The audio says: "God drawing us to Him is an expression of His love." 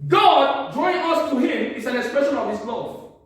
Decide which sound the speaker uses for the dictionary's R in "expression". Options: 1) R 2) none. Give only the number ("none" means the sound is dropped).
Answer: 1